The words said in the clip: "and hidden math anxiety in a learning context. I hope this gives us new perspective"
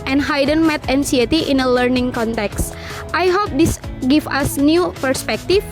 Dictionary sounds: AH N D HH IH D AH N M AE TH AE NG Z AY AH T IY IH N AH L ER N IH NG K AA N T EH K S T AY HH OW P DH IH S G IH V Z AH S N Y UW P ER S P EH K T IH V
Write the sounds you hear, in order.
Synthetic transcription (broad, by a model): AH N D HH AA D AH N M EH T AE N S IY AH T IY IH N AH L ER N IH NG K AA N T EH K S T AY HH OW P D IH S G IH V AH S N Y UW P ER S P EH K T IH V